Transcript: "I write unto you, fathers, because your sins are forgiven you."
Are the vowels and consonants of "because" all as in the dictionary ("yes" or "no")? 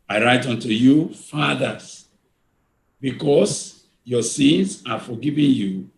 no